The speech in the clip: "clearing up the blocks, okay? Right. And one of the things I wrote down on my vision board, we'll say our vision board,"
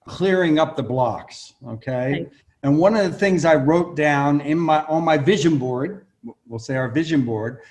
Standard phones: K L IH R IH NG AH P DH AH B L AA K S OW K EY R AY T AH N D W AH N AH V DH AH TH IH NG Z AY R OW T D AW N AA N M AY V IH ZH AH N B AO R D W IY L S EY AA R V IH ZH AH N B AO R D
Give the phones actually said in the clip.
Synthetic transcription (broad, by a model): K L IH R IH NG AH P DH AH B L AA K S OW K EY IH AH N W AH N AH V DH AH TH IH NG Z AY R OW T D AW N AA N M AY V IH ZH AH N B AO R D W IY L S EY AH R V IH ZH AH N B AO R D